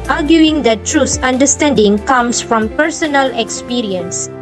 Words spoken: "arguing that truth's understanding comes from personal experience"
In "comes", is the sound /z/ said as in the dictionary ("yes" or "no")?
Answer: no